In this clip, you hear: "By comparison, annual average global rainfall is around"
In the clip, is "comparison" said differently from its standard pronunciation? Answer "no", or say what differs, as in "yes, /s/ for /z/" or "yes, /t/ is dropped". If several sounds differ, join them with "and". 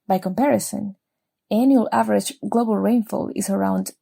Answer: no